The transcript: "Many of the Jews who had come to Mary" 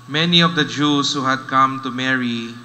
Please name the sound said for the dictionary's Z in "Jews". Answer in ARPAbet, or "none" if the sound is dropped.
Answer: S